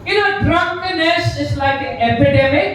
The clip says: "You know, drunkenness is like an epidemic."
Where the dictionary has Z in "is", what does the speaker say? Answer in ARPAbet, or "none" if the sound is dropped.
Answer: S